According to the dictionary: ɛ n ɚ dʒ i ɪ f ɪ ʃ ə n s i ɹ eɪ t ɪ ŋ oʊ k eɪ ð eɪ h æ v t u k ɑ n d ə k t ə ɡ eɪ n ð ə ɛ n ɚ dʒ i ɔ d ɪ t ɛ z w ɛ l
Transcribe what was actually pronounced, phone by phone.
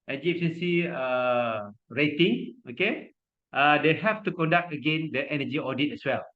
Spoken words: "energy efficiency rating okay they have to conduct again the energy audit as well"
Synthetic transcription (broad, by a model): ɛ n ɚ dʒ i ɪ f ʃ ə n s i ɹ eɪ t ɪ ŋ oʊ k eɪ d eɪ h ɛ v t u k ɑ n d ə k t ə ɡ eɪ n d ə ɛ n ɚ dʒ i ɔ d ɪ t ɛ s w ɛ l